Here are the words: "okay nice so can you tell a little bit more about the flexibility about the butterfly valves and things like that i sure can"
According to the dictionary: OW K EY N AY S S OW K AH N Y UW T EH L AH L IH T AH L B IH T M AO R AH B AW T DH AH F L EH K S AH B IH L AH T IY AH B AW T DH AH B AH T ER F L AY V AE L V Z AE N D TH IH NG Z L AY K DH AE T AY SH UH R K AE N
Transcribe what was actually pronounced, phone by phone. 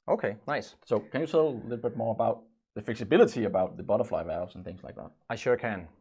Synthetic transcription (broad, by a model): OW K EY N AY S S OW K AH N Y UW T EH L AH L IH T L B IH T M AO R AH B AW T DH AH F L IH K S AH B IH L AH T IY AH B AW T DH AH B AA T ER F L AY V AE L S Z N TH IH NG Z L AY K DH AE T AY SH UH R K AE N